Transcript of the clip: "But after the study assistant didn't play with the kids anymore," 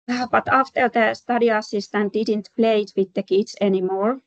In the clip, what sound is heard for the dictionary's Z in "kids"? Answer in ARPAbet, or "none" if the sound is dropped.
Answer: S